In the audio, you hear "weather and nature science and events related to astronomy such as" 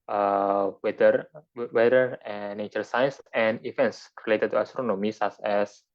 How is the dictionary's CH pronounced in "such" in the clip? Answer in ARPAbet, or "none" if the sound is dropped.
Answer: S